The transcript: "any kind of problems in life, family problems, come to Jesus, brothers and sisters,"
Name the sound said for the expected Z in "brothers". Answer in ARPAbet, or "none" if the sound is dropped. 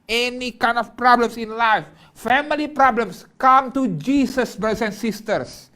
S